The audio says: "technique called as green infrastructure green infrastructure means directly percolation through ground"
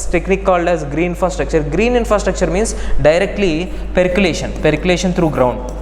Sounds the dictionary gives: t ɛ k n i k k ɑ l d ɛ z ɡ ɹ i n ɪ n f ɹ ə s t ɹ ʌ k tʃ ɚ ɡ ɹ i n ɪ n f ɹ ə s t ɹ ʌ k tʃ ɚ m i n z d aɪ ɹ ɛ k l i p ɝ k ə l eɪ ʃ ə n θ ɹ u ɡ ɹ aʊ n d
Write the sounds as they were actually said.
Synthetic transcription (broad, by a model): t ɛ k n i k k ɑ l d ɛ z ɡ ɹ i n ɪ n f ɹ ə s t ɹ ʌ k tʃ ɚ ɡ ɹ i n ɪ n f ɹ ə s t ɹ ʌ k tʃ ɚ m i n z d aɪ ɹ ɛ k l i p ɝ k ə l eɪ ʃ ə n t ɹ u ɡ ɹ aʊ n d